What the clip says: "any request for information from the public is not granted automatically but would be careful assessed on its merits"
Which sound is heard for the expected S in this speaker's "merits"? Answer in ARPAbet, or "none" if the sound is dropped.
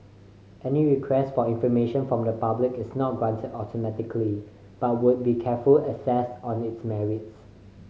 S